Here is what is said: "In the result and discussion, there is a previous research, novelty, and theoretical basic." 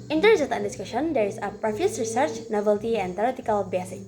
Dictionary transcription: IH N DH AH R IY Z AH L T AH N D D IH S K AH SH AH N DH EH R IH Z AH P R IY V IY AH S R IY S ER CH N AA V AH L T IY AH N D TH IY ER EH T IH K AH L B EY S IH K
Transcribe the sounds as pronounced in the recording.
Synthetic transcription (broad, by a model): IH N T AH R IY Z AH N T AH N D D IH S K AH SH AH N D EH R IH S AH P R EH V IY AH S R IY S ER CH N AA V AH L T IY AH N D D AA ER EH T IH K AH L B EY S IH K